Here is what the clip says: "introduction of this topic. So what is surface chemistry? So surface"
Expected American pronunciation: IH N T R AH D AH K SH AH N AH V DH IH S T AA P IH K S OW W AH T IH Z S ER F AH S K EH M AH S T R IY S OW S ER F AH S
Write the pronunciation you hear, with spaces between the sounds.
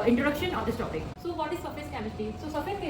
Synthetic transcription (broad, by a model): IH N T R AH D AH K SH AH N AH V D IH S T AA P IH K S OW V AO T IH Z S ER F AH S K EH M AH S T IY S OW S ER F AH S